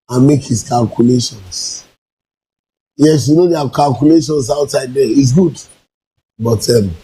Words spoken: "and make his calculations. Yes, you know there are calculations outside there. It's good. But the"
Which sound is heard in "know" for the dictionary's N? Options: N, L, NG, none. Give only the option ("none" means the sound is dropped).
N